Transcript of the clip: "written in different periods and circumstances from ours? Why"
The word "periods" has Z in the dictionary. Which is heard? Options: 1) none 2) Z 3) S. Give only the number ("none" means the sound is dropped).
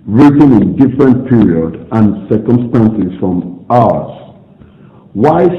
1